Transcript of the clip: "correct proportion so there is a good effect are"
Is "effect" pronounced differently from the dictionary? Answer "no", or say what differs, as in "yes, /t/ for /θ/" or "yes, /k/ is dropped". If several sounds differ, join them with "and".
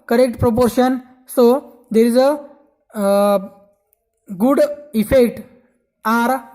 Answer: no